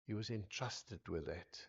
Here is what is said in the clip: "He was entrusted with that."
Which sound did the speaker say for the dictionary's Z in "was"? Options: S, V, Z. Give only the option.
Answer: Z